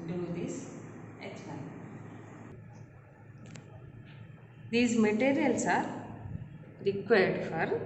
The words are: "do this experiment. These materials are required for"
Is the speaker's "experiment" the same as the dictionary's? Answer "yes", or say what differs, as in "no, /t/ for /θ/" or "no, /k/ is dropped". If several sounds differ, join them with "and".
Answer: no, /k/ is dropped and /p/ is dropped